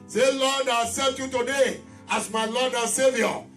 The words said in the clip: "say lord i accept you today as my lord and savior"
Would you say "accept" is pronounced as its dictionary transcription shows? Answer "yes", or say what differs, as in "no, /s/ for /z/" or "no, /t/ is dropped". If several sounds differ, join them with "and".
no, /k/ is dropped and /p/ is dropped